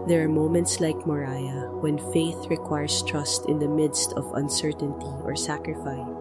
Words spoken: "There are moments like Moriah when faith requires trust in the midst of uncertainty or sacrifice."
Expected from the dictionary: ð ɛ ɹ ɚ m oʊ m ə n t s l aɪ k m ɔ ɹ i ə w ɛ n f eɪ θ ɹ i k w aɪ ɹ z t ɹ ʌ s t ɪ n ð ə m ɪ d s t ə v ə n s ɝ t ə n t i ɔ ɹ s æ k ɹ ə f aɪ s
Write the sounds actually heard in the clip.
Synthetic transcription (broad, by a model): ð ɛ ɹ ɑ m oʊ m ə n t s l aɪ k m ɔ ɹ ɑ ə w ɛ n f eɪ θ ɹ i k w aɪ ɹ s t ɹ ʌ s t ɪ n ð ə m ɪ d s t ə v ə n s ɝ t ə n t i ɔ ɹ s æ k ɹ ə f aɪ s